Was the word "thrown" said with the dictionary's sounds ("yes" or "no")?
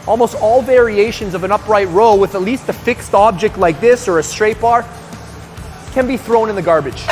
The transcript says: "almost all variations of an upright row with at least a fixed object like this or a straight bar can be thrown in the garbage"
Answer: yes